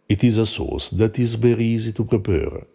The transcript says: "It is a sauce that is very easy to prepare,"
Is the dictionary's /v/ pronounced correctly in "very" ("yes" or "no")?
no